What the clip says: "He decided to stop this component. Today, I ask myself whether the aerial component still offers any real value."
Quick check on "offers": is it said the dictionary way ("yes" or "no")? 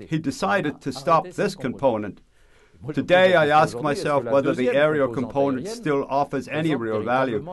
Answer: yes